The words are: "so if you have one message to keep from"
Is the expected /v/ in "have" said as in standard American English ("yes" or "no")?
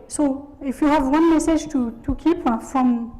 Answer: yes